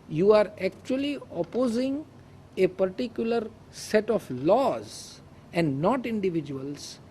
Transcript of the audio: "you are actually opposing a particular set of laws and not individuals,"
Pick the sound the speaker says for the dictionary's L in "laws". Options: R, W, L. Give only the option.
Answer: L